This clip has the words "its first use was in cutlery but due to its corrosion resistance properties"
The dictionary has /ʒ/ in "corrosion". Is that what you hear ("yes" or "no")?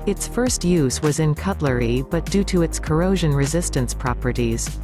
yes